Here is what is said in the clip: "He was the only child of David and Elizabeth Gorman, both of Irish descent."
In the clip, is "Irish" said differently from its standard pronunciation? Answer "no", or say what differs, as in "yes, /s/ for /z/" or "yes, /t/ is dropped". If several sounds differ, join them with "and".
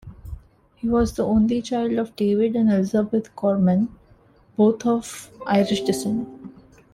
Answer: no